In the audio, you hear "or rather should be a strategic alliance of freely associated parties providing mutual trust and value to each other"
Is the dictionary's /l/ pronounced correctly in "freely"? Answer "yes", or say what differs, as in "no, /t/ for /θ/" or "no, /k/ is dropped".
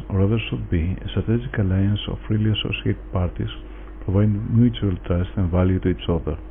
yes